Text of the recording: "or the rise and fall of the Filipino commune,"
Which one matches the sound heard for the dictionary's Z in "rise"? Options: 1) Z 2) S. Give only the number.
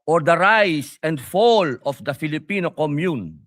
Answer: 2